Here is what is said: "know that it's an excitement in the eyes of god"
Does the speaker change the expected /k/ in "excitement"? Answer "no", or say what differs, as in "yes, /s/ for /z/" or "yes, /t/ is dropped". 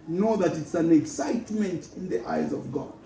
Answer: no